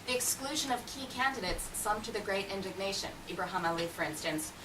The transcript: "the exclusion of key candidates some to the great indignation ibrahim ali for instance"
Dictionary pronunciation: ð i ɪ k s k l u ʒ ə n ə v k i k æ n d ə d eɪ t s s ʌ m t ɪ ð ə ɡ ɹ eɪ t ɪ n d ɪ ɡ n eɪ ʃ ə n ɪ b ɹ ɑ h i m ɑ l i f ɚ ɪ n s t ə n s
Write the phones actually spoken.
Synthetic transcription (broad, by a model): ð i ɪ k s k l u ʒ ə n ə v k i k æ n d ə d eɪ t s s ʌ m t ɪ ð ə ɡ ɹ eɪ t ɪ n d ɪ ɡ n eɪ ʃ ə n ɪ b ɹ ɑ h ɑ m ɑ l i f ɚ ɪ n s t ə n s